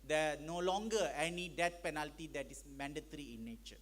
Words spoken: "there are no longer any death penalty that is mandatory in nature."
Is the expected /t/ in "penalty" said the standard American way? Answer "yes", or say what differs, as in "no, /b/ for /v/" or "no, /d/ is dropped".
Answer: yes